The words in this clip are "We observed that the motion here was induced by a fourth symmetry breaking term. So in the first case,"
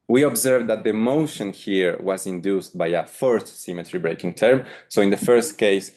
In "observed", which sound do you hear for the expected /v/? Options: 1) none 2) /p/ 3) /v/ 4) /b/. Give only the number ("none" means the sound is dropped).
3